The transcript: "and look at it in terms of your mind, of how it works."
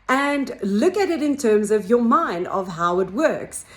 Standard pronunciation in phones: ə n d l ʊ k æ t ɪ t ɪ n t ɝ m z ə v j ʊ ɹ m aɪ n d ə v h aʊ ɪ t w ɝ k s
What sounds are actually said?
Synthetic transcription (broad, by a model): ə n l ʊ k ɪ t ɪ t ɪ n t ɝ m z ə v j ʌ ɹ m aɪ n d ə v h aʊ ɪ t w ɝ k s